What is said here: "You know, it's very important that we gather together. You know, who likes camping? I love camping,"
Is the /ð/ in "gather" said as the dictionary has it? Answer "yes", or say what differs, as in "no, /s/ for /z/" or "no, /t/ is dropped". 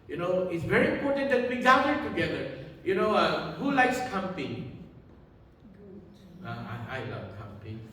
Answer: no, /ð/ is dropped